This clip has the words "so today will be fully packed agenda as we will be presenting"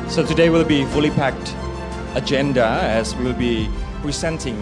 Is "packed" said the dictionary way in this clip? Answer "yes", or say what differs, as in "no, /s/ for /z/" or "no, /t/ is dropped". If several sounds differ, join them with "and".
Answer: yes